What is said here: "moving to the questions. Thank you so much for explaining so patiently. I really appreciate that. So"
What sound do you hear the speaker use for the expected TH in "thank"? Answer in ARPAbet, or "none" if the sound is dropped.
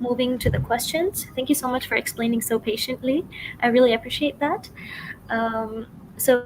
TH